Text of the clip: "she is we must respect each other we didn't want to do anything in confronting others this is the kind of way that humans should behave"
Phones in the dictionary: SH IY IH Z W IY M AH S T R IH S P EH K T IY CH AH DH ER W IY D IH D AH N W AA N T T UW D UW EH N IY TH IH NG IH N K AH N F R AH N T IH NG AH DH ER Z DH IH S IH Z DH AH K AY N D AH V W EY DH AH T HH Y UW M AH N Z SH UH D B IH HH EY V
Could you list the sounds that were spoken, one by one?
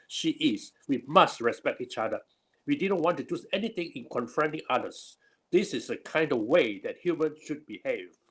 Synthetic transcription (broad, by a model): SH IY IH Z W IY M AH S T R IH S P EH K T IY CH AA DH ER W IY D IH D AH N W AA N T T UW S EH N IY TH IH NG IH N K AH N F R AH N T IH NG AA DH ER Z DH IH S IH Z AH K AY N D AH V W EY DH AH T HH Y UW M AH N SH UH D B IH HH EY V